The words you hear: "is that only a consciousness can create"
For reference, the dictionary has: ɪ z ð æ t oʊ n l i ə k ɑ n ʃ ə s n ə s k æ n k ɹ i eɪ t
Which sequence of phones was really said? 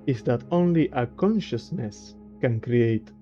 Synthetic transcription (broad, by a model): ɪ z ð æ t oʊ n l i ə k ɑ n ʃ ə s n ə s k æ n k ɹ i eɪ t